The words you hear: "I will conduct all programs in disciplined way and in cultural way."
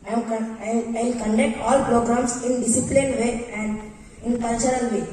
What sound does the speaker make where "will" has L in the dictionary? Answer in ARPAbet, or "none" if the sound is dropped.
N